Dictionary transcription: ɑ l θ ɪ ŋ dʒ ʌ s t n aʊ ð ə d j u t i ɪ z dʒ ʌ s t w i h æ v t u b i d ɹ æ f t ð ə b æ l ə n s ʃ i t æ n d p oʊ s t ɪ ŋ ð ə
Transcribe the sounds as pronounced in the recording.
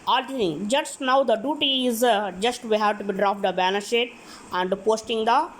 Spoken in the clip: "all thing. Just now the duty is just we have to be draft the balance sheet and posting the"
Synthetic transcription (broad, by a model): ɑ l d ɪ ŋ dʒ ʌ s t n aʊ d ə d j u t i ɪ z dʒ ʌ s t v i h æ v t u b i d ɹ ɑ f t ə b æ n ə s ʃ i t æ n d p oʊ s t ɪ ŋ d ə